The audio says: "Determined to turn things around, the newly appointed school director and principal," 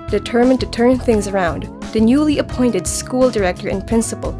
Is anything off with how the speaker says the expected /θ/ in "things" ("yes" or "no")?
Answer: no